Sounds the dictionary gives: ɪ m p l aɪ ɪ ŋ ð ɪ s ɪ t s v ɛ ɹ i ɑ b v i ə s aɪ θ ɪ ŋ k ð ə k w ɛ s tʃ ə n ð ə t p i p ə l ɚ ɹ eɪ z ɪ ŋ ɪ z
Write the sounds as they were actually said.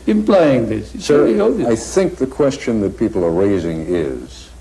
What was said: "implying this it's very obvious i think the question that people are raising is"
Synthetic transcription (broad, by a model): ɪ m p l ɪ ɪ ŋ ð ɪ s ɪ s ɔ i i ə aɪ θ ɪ ŋ k ð ə k w ɛ s tʃ ə n ð ə t p i p l ɚ ɹ eɪ z ɪ ŋ ɪ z